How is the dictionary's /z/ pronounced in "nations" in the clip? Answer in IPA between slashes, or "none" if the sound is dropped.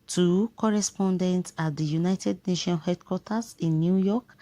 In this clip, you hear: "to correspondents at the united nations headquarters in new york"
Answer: none